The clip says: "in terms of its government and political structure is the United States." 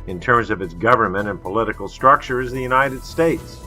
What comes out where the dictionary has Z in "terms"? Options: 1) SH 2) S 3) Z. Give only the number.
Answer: 3